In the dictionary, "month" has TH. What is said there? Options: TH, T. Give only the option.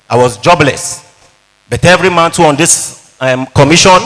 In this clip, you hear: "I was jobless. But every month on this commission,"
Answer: T